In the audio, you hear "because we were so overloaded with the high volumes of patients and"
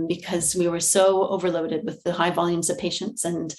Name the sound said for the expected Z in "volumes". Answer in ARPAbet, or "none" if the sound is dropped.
Z